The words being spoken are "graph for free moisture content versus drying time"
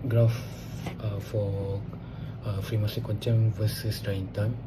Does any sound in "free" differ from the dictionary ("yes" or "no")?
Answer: no